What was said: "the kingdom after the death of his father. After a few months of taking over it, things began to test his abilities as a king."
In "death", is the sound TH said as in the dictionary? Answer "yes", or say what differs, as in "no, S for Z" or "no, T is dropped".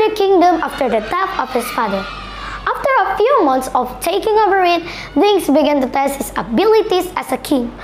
no, F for TH